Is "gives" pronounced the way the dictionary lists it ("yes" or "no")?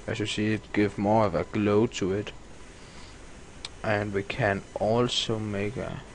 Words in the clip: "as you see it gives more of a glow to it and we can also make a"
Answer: no